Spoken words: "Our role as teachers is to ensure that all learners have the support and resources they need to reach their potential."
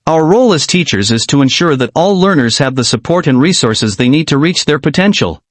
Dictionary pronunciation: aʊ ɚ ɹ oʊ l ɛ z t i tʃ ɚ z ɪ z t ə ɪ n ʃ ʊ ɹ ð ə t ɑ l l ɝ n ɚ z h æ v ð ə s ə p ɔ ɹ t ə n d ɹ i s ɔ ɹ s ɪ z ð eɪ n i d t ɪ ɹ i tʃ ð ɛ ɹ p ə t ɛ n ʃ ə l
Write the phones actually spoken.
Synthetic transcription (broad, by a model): aʊ ɚ ɹ oʊ l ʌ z t i tʃ ɚ z ɪ z t ə ɪ n ʃ ʊ ɹ ð ə t ɑ l l ɝ n ɚ z h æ v ð ə s ə p ɔ ɹ t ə n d ɹ i s ɔ ɹ s ɪ z ð eɪ n i d t ɪ ɹ i tʃ ð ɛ ɹ p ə t ɛ n ʃ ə l